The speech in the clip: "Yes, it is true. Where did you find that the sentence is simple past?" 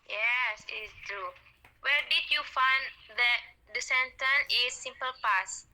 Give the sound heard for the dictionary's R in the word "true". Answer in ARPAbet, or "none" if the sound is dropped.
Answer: R